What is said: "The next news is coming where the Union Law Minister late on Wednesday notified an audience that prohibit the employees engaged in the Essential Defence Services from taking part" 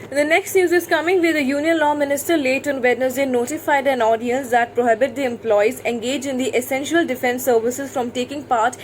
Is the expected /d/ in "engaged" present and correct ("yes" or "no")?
no